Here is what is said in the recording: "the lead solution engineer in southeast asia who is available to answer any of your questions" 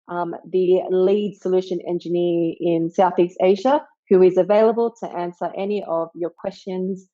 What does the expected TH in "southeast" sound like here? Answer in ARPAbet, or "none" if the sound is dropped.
TH